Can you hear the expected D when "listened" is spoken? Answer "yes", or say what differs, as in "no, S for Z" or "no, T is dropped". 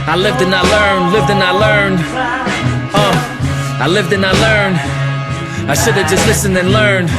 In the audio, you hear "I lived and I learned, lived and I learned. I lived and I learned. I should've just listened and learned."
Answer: no, D is dropped